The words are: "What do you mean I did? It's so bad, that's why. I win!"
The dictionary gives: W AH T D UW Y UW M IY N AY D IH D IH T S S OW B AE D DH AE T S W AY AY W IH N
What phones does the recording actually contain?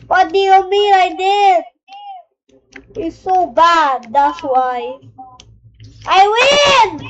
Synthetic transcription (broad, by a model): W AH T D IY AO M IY L AY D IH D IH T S S OW B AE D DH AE T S W AY AY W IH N